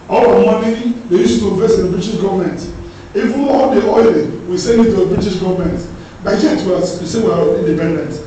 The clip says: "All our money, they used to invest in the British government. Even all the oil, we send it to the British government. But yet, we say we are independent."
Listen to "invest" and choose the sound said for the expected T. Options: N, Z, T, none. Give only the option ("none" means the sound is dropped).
none